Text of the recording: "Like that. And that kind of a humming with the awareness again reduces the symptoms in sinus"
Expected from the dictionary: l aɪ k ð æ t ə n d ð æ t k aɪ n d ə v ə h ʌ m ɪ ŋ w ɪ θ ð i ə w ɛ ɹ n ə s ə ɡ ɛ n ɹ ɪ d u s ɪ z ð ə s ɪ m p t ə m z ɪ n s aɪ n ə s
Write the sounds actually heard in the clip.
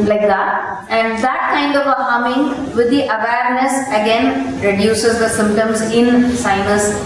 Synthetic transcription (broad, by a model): l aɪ k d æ t ə n d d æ t k aɪ n d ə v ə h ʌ m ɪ ŋ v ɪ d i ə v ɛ ɹ n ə s ə ɡ ɛ n ɹ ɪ d u s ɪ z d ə s ɪ m p t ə m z ɪ n s aɪ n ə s